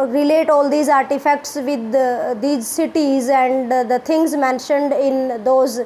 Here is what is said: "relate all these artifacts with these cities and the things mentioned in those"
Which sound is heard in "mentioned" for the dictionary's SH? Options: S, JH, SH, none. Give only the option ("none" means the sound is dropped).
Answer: SH